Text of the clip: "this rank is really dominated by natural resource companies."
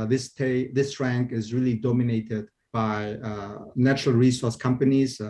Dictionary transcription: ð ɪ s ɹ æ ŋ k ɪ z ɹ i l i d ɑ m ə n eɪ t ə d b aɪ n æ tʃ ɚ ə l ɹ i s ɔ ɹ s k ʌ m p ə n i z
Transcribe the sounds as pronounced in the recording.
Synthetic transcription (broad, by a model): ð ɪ s ɹ æ ŋ k ɪ z ɹ i l i d ɑ m ə n eɪ t ə d b aɪ n æ tʃ ɚ ə l ɹ i s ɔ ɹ s k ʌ m p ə n i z